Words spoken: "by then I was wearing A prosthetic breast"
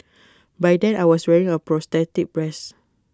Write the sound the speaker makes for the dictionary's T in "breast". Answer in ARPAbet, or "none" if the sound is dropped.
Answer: none